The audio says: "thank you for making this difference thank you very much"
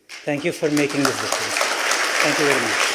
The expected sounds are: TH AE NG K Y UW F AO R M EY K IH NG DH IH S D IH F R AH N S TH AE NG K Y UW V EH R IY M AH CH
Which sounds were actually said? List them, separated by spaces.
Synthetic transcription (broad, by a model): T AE NG K Y UW F AO R M EY K IH NG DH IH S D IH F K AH S T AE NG K Y UW V EH R IY M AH CH